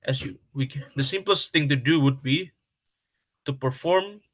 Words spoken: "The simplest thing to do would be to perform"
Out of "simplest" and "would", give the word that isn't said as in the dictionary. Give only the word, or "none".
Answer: none